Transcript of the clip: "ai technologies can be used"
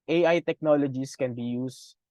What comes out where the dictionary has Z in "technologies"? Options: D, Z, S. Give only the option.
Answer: S